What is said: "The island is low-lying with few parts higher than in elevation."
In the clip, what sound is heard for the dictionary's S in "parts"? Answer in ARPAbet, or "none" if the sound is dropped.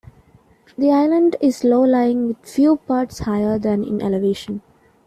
S